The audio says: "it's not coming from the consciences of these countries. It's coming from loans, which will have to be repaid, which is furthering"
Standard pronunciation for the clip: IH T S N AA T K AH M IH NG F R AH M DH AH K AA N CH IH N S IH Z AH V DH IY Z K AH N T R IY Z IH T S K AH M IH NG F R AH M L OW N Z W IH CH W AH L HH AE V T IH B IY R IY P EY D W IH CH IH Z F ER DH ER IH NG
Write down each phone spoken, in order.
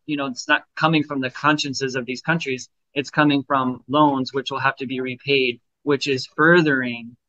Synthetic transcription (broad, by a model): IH T S N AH T K AH M IH NG F R AH M DH AH K AA N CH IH N S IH Z AH V DH IY Z K AH N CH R IY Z IH T S K AH M IH NG F R AH M L OW N Z W IH CH W AH L HH AE F T IH B IY R IY P EY D W IH CH IH Z F ER DH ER IH NG